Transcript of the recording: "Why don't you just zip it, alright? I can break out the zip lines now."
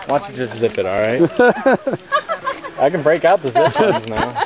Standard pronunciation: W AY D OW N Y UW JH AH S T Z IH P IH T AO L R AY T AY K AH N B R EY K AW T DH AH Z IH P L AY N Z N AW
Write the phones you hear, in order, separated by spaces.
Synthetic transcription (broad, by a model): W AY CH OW JH AH S T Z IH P IH T AO L R AY T AY K AH N B R EY K AW T DH AH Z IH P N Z N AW